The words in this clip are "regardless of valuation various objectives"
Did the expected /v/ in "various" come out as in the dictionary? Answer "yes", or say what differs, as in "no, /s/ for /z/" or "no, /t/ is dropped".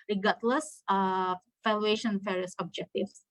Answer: no, /f/ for /v/